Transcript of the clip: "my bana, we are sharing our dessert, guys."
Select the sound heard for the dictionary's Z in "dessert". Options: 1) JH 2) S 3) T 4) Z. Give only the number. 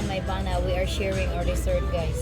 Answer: 2